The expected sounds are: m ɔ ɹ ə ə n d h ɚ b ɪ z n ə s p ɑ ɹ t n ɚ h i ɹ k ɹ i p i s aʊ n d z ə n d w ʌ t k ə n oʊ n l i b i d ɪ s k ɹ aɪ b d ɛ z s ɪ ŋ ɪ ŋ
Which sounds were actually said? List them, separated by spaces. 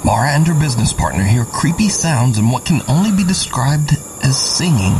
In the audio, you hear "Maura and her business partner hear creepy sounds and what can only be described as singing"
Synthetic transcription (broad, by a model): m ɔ ɹ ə ə n d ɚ b ɪ z n ə s p ɑ ɹ t n ɚ h i ɹ k ɹ i p i s aʊ n d z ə n w ʌ t k ə n oʊ n l i b i d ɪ s k ɹ aɪ b d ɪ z s ɪ ŋ ɪ ŋ